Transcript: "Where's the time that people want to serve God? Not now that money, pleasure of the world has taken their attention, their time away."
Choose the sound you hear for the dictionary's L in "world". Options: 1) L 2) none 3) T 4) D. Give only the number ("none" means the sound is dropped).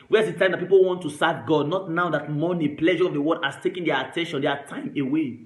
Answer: 2